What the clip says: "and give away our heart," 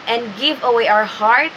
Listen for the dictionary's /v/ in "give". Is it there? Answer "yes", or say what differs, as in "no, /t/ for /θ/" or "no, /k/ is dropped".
yes